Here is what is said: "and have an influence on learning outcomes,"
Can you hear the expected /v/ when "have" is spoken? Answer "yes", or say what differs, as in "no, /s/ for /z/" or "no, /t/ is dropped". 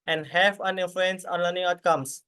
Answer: no, /f/ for /v/